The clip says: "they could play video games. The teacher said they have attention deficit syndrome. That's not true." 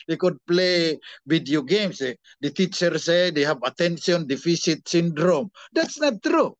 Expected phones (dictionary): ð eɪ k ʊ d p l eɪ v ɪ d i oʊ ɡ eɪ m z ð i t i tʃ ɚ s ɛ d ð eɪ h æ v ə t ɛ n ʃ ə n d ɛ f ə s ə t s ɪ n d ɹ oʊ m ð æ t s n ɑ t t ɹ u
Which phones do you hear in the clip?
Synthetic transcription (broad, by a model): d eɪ k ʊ d p l eɪ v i d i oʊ ɡ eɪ m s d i t i tʃ ɚ s ɛ d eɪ h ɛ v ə t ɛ n s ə n d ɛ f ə s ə t s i n d ɹ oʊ m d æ t s n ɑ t t ɹ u